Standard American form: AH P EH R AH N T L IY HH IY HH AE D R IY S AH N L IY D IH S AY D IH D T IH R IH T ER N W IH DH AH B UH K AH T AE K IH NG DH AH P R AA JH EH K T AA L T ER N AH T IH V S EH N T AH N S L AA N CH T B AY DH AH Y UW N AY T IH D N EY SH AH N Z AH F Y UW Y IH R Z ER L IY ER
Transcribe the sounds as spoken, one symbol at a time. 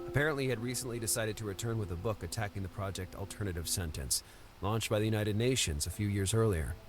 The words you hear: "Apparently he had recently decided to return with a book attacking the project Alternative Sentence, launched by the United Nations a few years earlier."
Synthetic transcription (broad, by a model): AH P EH R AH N T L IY IY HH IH D R IY S AH N L IY D IH S AY D IH D T IH R IH T ER N W IH DH AH B UH K AH T AE K IH NG DH AH P R AA JH EH K T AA L T ER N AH T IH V S EH N T AH N S L AA N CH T B AY DH AH Y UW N AY T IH D N EY SH AH N Z AH F Y UW Y IH R Z ER L IY ER